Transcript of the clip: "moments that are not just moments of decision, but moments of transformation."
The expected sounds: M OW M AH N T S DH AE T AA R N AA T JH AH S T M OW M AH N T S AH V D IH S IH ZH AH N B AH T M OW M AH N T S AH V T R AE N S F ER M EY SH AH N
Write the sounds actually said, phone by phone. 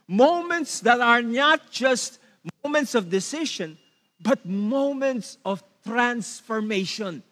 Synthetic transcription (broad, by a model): M OW M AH N T S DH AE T AA R N AA T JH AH S T M OW M AH N T S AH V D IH S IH SH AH N B AH T M OW M AH N T S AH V T R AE N S F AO M EY SH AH N